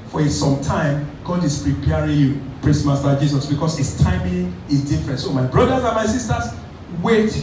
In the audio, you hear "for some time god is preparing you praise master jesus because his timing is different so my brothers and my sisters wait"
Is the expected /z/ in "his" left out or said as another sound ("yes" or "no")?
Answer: yes